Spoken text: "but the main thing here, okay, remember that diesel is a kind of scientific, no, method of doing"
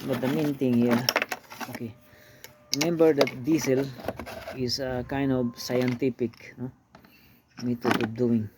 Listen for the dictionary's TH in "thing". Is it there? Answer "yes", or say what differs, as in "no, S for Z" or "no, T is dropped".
no, T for TH